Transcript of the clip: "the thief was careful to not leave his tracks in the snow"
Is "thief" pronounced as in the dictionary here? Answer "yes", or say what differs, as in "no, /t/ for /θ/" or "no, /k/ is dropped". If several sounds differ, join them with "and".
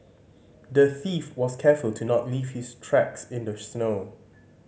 yes